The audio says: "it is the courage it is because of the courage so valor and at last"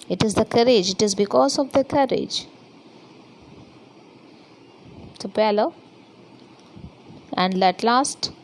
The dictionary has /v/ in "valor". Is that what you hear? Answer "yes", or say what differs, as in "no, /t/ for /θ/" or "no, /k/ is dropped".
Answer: no, /p/ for /v/